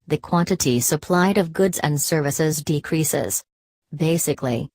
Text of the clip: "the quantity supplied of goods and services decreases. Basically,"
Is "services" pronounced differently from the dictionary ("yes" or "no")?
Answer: no